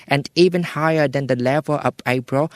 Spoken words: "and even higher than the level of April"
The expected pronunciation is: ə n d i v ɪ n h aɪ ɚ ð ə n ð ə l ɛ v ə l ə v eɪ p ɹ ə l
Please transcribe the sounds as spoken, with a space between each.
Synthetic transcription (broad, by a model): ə n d i v ɪ n h aɪ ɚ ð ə n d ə l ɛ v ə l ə p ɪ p ɹ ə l